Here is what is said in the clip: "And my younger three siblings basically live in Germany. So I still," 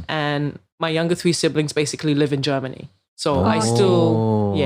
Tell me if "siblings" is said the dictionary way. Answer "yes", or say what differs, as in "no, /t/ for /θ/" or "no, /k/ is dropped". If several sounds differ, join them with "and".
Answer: yes